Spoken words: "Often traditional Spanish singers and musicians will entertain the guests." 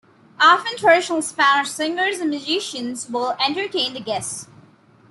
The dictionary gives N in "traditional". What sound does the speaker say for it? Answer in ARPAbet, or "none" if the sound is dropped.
none